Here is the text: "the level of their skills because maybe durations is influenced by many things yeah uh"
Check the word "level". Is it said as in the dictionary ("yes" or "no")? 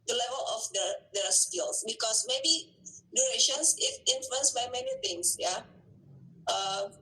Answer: yes